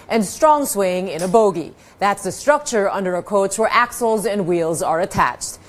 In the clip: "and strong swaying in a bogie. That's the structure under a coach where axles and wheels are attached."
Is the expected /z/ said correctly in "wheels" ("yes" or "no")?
yes